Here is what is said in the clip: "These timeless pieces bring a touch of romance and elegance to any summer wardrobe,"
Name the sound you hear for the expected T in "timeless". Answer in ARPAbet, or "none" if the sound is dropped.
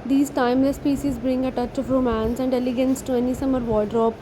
T